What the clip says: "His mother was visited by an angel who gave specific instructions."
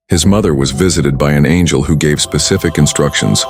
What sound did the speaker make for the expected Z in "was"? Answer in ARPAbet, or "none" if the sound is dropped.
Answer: Z